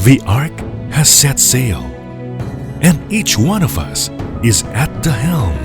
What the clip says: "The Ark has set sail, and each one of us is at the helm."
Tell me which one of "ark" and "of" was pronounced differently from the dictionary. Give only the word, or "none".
none